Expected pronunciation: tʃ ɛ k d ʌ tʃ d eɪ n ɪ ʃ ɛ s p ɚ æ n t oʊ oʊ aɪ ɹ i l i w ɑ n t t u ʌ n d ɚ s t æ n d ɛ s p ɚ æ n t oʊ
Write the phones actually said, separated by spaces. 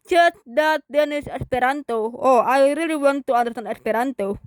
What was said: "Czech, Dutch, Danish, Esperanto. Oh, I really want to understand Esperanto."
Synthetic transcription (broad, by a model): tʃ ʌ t d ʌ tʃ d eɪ n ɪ s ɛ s p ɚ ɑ n t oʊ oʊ aɪ ɹ i l i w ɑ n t t u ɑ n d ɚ t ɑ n ɛ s p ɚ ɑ n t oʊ